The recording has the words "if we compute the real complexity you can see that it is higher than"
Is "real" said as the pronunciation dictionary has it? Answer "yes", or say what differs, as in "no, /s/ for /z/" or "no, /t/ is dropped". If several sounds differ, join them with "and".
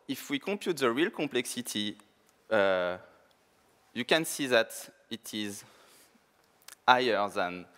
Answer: yes